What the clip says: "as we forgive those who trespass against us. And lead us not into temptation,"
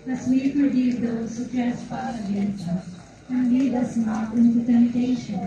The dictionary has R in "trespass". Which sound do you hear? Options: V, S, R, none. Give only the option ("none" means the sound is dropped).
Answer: none